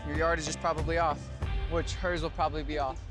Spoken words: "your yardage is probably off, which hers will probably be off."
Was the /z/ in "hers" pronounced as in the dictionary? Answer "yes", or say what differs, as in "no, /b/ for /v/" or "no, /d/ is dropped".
yes